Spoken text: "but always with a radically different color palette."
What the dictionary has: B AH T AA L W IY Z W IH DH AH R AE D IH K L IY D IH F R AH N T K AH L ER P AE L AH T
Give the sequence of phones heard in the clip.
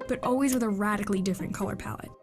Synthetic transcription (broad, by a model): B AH T AA L W IY Z W IH DH AH R AE D IH K L IY D IH F R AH N K AH L ER P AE L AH T